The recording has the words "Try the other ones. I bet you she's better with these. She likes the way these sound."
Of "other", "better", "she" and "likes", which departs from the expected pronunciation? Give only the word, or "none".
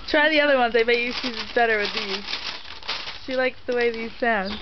none